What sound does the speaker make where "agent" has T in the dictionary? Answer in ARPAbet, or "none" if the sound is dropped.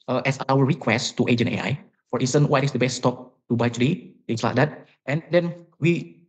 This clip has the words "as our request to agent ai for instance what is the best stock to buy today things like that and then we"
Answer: none